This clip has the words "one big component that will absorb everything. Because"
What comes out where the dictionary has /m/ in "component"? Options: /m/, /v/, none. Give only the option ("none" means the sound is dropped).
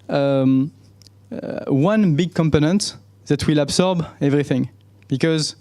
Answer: /m/